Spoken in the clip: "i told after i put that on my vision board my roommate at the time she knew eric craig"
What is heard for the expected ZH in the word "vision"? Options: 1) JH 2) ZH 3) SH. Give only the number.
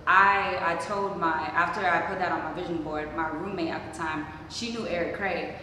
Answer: 2